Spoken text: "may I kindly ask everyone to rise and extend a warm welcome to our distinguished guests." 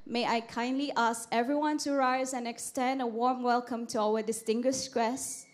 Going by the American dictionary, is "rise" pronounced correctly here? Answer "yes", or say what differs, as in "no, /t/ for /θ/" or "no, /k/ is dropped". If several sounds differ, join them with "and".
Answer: yes